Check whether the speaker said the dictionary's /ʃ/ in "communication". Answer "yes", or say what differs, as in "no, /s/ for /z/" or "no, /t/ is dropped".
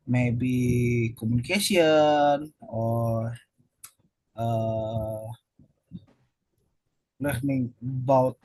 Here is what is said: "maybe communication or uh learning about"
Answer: no, /s/ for /ʃ/